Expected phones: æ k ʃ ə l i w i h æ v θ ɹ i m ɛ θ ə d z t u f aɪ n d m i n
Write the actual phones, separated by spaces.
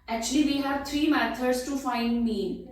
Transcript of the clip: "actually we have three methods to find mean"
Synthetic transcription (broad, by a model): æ k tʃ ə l i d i h æ v t ɹ i m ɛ t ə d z t u f aɪ n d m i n